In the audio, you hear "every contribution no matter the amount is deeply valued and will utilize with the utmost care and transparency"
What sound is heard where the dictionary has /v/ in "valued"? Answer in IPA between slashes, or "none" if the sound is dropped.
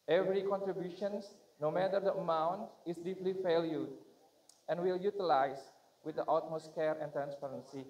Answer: /f/